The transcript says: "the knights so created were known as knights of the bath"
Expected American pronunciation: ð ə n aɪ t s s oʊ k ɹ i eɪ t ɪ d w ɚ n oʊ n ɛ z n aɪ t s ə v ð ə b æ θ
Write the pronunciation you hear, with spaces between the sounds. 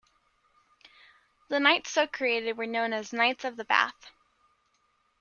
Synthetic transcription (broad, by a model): ð ə n aɪ t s s oʊ k ɹ i eɪ t ɪ d w ɚ n oʊ n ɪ z n aɪ t s ə v ð ə b æ θ